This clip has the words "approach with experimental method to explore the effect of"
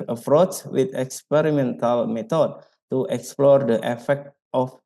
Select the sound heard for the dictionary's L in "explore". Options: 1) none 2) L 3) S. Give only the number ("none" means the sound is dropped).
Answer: 2